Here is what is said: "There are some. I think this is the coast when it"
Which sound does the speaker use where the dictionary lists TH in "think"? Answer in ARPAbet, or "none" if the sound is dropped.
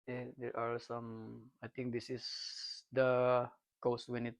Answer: T